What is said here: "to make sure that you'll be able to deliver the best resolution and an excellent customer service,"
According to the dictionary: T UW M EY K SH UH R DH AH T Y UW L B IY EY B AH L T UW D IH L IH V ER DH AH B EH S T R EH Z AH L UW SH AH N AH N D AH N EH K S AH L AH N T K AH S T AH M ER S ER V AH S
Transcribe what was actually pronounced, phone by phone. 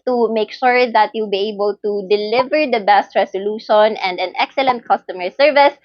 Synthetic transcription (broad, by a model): T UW M EY K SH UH R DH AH T Y UW L B IY EY B AH L T UW D IH L IH V ER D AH B EH S T R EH S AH L UW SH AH N AH N D AH N EH K S AH L AH N T K AH S T AH M ER S ER V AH S